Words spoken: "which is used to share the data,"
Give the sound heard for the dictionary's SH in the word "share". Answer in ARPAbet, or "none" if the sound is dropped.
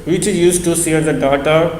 S